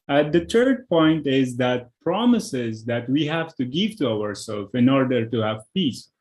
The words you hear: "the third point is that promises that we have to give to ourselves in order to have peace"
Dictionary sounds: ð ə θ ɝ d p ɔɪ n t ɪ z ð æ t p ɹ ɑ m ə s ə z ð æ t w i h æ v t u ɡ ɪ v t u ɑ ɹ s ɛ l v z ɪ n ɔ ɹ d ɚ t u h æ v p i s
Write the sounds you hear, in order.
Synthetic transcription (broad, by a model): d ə t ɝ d p ɔɪ n t ɪ z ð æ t p ɹ ɑ m ə s ə z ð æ t w i h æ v t u ɡ ɪ v t u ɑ ɹ s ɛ l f ɪ n ɔ ɹ d ɚ t u h æ v p i s